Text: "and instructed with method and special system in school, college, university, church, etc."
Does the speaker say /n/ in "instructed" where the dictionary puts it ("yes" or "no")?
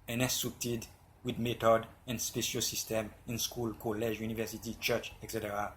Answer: no